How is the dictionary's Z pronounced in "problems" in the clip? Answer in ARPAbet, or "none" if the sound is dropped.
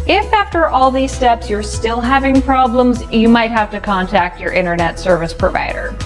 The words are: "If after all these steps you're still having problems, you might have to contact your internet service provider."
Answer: Z